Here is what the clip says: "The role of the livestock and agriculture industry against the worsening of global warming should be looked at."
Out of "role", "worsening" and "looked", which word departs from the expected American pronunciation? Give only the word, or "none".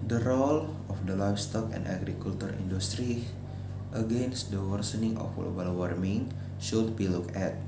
looked